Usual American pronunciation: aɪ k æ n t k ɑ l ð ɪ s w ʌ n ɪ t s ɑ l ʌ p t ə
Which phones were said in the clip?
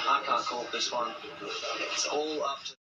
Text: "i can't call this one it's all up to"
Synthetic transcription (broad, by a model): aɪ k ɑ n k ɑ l ð ɪ s w ʌ n ɪ t s ɑ l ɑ f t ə